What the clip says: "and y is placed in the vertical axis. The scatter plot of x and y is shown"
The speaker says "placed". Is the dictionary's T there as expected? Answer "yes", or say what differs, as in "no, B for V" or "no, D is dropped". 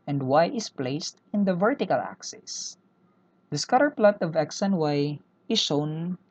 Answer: yes